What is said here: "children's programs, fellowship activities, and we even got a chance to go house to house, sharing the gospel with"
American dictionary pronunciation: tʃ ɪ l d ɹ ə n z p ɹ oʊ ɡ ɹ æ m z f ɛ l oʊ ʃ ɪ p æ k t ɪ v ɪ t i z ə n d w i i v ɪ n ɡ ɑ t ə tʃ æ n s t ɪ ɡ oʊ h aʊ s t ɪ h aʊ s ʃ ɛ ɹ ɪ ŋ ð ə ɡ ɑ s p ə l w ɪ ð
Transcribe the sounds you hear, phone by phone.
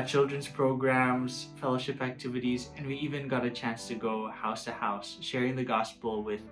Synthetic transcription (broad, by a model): tʃ ɪ l d ɹ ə n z p ɹ oʊ ɡ ɹ æ m z f ɛ l oʊ ʃ ɪ p æ k t ɪ v ɪ t i z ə n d w i i v ɪ n ɡ ɑ t ə tʃ æ n s t ɪ ɡ oʊ h aʊ s t ɪ h aʊ s ʃ ɛ ɹ ɪ ŋ ð ə ɡ ɑ s p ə l w ɪ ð